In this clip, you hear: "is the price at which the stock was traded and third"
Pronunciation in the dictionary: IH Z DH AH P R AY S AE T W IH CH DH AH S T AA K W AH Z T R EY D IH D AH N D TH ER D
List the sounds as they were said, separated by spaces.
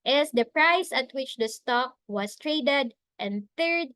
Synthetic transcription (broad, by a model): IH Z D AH P R AY S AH T W IH CH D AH S T AA K W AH S T R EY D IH D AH N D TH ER D